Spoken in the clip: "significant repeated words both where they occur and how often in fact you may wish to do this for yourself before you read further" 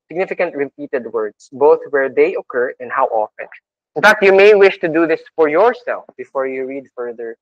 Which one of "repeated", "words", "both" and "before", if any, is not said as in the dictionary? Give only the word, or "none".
words